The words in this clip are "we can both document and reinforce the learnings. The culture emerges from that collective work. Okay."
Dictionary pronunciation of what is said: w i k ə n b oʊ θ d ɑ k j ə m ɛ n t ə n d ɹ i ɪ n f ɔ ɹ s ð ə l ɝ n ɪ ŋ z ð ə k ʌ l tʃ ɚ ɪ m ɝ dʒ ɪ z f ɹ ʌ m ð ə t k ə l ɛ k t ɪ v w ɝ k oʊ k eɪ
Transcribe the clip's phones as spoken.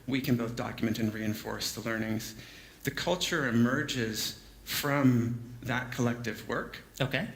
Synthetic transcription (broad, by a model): w i k ə n b oʊ θ d ɑ k j ə m ɛ n t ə n ɹ i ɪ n f ɔ ɹ s ð ə l ɝ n ɪ ŋ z ð ə k ʌ l tʃ ɚ ɪ m ɝ dʒ ɪ z f ɹ ʌ m ð ə t k ə l ɛ k t ɪ v w ɝ k oʊ k eɪ